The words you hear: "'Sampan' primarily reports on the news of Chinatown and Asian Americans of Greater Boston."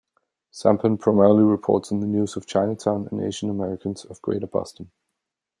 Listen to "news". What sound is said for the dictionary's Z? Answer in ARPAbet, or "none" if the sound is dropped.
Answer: Z